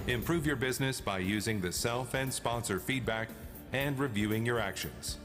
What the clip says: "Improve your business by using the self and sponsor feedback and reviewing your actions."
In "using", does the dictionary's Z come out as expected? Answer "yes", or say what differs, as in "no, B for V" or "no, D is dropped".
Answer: yes